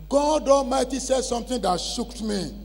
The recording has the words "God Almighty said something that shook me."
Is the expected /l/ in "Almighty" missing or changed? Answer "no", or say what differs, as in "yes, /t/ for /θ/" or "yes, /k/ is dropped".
yes, /l/ is dropped